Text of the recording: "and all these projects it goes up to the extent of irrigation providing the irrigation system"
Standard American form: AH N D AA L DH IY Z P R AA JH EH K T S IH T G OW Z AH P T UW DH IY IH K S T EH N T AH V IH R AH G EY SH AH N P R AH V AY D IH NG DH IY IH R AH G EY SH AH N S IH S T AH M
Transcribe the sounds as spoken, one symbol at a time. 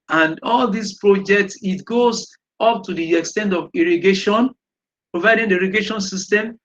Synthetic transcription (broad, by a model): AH N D AA L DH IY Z P R AA JH EH K T S IH T G OW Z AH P T UW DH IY IH K S T EH N T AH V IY R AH G EY SH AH N P R AH V AY D IH NG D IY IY R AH G EY SH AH N S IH S T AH M